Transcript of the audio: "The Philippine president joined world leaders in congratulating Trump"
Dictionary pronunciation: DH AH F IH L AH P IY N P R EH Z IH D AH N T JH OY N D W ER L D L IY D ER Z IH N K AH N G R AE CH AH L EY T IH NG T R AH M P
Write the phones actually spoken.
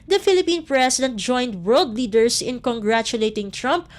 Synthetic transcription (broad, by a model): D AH F IH L AH P IY N P R EH S IH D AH N T JH OY N D W ER L D L IY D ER S IH N K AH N G R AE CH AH L EY T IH NG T R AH M P